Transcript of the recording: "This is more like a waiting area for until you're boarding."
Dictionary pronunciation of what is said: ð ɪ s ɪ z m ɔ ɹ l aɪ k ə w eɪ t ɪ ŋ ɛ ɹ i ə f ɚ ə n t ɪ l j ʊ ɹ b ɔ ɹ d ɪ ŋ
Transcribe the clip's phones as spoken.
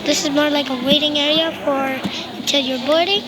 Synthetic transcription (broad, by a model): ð ɪ s ɪ z m ɔ ɹ l aɪ k ə w eɪ t ɪ ŋ ɛ ɹ i ə f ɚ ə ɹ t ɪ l j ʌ ɹ b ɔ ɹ d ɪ